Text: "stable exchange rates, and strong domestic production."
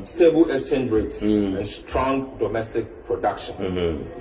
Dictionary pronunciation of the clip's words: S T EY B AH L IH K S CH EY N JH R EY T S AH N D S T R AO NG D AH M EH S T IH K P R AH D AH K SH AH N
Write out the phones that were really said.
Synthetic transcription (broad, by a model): S T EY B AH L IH S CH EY N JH R EY T S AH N S T R AO NG D AH M EH S T IH K P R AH D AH K SH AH N